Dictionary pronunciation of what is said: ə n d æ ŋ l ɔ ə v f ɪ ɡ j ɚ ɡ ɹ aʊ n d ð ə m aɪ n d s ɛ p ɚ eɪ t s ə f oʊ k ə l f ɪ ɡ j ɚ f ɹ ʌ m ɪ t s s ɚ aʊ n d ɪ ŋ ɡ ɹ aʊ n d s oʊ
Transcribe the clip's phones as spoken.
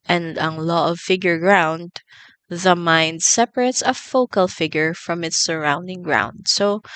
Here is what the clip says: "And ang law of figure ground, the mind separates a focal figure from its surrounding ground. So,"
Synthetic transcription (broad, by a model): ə n d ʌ ŋ l ɔ ə v f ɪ ɡ j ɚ ɡ ɹ aʊ n d ð ə m aɪ n d s ɛ p ɚ eɪ t s ə f oʊ k ə l f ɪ ɡ j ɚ f ɹ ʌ m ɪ t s s ɚ aʊ n d ɪ ŋ ɡ ɹ aʊ n d s oʊ